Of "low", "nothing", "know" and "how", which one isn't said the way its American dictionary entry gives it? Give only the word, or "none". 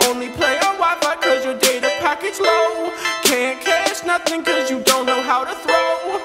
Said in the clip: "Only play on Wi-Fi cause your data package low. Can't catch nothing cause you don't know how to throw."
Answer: none